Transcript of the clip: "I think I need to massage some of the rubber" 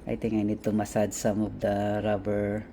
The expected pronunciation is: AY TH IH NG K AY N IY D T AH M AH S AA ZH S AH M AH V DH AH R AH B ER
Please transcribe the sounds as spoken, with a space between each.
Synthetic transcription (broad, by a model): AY T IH NG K AY N IY D T AH M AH S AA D S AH M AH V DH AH R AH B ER